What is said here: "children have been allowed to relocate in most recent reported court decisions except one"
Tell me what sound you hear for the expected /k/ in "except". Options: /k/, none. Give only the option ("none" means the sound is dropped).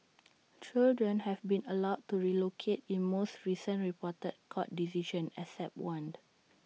none